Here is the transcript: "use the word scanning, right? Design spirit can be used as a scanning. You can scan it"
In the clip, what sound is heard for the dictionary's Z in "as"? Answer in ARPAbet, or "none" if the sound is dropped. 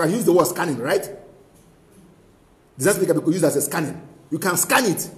S